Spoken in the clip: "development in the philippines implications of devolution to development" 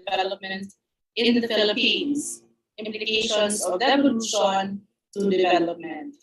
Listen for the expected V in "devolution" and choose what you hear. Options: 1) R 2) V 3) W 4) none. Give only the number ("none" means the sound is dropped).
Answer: 4